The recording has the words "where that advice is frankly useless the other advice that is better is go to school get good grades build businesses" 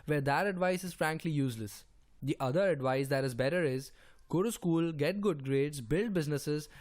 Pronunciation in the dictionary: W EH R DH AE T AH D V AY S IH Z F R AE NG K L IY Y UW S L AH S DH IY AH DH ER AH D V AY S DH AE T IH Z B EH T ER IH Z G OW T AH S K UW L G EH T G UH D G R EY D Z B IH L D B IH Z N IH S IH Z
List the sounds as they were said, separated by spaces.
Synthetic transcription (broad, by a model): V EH R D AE T AH D V AY S IH Z F R AE NG K L IY Y UW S L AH S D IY AH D ER AH D V AY S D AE T IH Z B EH T ER IH Z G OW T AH S K UW L G EH T G UH D G R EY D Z B IH L D B IH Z N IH S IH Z